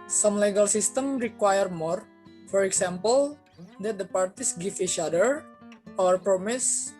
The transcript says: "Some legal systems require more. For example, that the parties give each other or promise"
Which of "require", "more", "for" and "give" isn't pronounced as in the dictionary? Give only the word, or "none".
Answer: give